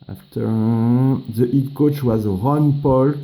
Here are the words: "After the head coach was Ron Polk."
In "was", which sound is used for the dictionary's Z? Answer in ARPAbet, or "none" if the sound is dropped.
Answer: Z